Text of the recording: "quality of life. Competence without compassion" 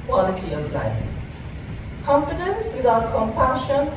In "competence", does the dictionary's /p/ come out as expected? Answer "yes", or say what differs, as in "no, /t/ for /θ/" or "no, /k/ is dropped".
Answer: no, /f/ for /p/